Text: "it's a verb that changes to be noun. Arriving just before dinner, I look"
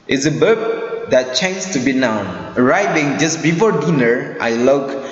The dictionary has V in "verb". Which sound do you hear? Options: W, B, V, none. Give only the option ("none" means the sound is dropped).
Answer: B